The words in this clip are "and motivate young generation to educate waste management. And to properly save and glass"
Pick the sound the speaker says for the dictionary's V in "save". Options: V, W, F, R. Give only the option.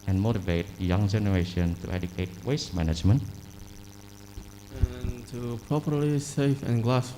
F